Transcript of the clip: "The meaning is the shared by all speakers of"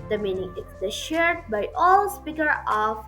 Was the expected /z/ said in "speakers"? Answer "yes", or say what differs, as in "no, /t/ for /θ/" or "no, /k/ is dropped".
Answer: no, /z/ is dropped